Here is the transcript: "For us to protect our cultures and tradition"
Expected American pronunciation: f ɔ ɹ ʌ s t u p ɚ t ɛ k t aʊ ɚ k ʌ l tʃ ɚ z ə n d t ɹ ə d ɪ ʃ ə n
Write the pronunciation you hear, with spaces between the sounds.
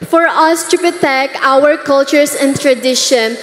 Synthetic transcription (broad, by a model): f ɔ ɹ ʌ s t u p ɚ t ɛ k aʊ ɚ k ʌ l tʃ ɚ s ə n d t ɹ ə d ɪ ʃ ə n